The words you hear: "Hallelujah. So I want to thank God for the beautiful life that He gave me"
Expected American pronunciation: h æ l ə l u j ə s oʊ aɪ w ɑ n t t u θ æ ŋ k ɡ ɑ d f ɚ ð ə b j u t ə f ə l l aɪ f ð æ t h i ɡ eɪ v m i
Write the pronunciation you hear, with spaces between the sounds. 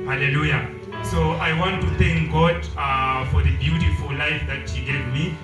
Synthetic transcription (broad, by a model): h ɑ l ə l u j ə s oʊ aɪ w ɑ n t t u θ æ ŋ k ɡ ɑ d f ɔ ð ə b j u t ə f ə l l aɪ f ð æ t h i ɡ eɪ v m i